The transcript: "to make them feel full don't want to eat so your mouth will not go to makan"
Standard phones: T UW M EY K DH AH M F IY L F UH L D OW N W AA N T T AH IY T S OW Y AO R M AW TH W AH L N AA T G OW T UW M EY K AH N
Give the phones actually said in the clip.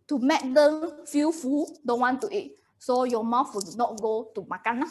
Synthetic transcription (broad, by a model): T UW M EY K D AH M F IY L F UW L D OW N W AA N T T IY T S OW Y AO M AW F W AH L N AA T G OW T UW M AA K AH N